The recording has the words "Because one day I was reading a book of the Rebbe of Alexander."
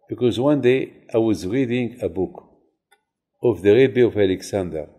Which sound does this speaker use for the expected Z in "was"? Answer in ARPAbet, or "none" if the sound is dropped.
Z